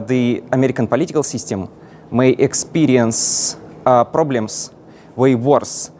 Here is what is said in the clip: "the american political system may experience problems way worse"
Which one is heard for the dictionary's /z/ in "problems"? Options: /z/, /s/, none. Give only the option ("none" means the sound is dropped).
/s/